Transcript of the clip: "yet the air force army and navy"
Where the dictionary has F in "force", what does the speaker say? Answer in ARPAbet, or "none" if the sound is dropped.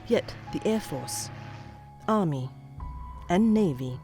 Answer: F